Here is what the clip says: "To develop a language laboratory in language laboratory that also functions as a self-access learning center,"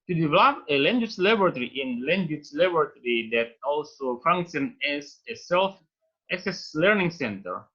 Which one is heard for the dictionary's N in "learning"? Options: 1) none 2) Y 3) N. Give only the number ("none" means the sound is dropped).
3